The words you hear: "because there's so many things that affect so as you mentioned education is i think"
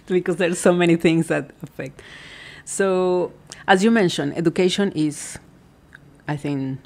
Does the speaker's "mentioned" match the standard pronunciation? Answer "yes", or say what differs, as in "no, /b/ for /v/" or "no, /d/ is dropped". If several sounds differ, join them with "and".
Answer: no, /d/ is dropped